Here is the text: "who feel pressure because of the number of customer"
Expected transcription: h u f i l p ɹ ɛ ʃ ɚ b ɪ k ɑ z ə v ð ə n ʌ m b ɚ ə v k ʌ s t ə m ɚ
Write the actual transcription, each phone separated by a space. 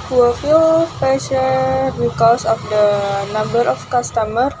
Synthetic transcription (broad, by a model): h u f i l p ɛ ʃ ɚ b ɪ k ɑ s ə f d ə n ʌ m b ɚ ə f k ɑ s t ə m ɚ